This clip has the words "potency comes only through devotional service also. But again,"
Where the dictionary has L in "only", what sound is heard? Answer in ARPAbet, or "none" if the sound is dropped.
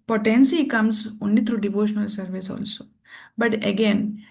none